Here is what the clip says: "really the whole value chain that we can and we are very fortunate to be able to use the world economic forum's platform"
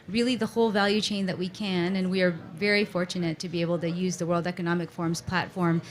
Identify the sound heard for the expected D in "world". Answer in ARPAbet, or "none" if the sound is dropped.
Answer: D